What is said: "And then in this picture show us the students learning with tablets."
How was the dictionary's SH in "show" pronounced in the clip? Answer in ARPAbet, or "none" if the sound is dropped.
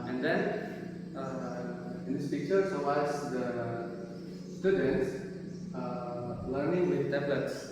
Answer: S